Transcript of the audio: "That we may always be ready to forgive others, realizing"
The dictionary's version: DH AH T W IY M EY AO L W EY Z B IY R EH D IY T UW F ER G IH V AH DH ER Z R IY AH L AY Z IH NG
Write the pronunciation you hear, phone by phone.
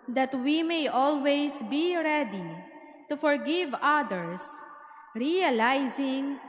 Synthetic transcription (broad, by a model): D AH T W IY M EY AO L W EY S B IY R EH D IY T UW F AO G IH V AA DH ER S R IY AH L AY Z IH NG